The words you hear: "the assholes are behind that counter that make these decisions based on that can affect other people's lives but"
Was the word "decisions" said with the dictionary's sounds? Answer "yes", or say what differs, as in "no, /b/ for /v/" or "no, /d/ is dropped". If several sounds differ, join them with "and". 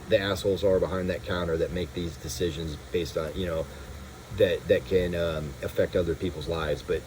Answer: yes